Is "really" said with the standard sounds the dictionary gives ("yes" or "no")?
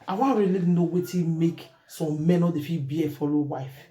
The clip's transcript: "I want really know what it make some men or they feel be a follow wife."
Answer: no